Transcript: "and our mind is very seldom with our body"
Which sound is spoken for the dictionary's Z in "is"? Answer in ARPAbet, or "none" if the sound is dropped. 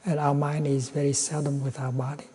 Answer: Z